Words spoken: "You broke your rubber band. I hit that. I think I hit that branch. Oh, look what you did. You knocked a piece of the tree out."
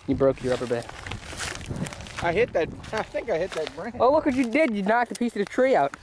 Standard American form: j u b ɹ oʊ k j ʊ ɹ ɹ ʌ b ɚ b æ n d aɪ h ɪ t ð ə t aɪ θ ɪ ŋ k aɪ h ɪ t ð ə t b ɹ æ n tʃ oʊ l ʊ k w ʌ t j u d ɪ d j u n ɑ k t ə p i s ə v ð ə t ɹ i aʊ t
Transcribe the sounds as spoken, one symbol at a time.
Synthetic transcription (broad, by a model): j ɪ b ɹ oʊ k j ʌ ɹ ɹ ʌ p ɚ b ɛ d aɪ h ɪ t ð ə t aɪ θ ɪ ŋ k aɪ h ɪ t ð ə t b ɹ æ oʊ l ʊ k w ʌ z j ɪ d ɪ d j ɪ n ɑ k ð ə p i s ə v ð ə t ɹ i aʊ t